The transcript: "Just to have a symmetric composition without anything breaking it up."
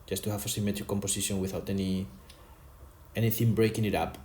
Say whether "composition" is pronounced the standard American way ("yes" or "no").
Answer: no